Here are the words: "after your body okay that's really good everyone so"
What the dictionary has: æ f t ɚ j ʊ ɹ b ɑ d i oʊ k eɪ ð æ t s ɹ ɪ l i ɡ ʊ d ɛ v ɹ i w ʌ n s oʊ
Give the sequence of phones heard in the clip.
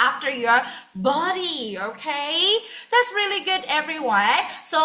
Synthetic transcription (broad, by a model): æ f t ɚ j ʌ ɹ b ɑ d i oʊ k eɪ ð æ t s ɹ ɪ l i ɡ ʊ d ɛ v ɹ i w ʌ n s oʊ